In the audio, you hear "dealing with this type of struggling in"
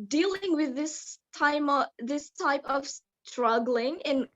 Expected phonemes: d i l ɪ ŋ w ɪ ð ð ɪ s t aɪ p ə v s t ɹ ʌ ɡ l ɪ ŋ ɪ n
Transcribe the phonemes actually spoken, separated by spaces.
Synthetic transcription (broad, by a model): d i l ɪ ŋ w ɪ ð ð ɪ s t aɪ p ə v s t ɹ ʌ ɡ l ɪ ŋ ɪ n